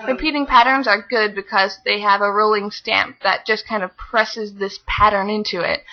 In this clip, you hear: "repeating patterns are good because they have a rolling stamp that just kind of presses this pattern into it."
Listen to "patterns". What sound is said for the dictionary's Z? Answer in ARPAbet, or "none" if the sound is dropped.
Z